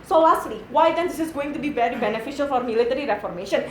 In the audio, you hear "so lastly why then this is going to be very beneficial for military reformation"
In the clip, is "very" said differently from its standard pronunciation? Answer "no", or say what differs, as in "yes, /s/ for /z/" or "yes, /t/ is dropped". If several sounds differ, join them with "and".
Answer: yes, /b/ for /v/